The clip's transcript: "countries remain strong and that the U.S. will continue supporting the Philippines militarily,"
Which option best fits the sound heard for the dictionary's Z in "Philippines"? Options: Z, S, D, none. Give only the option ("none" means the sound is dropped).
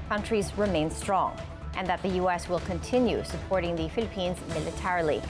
Z